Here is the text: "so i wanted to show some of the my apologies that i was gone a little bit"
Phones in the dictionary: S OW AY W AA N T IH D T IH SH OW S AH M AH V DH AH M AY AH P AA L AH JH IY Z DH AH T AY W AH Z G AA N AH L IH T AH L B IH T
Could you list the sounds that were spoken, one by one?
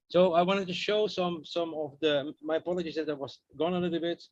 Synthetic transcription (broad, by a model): S OW AY W AA N T IH D T IH SH OW S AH M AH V DH AH M AY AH P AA L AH JH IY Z DH AH T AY W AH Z G AA N AH L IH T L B IH T